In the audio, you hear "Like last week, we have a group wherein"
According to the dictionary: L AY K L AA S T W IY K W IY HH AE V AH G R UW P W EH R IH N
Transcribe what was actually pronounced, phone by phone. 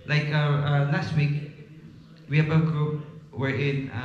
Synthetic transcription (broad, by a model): L AY K L AA S T W IY K W IY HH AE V AH G R UW P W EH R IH N